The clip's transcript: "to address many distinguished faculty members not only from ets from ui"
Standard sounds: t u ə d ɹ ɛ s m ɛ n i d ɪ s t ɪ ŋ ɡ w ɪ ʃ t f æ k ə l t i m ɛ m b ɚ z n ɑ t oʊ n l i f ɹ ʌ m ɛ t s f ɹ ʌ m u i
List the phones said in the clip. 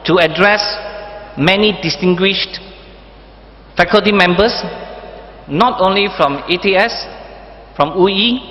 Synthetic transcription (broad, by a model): t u ə d ɹ ɛ s m ɛ n i d ɪ s t ɪ ŋ ɡ w ɪ ʃ t f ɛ k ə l t i m ɛ m b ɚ s n ɑ t oʊ n l i f ɹ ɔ m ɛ t s f ɹ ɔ m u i